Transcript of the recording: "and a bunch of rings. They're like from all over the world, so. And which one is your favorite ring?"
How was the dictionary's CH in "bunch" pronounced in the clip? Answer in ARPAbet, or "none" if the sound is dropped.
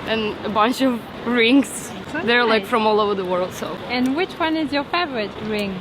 CH